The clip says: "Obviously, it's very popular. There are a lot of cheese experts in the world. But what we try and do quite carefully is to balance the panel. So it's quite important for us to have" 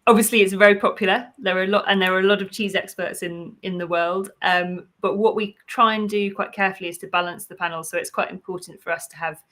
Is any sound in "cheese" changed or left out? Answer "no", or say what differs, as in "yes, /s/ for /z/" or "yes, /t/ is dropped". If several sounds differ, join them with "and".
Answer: no